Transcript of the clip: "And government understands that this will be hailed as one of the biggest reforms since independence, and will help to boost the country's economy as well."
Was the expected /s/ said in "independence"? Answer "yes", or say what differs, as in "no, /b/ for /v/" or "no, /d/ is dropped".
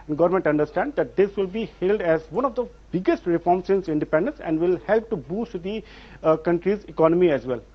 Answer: yes